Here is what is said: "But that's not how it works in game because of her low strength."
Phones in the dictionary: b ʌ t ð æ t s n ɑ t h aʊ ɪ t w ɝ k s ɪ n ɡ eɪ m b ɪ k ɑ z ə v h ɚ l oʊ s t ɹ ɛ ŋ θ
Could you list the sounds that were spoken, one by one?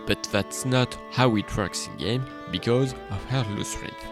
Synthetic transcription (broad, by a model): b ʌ t ð æ t s n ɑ t h aʊ ɪ t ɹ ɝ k s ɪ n ɡ eɪ m b ɪ k ɑ z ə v h ɚ l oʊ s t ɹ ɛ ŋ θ